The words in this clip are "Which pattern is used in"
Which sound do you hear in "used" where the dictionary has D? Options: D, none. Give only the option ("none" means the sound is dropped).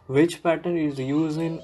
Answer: none